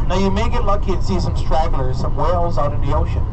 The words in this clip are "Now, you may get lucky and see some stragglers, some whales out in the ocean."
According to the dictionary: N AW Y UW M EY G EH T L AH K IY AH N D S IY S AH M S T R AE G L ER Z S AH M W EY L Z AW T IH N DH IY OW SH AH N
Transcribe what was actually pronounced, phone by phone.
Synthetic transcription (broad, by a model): N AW Y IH M EY G EH T L AH K IY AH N S IY S AH M S T R AE G L ER Z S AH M W EY L Z AW T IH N DH IY OW SH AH N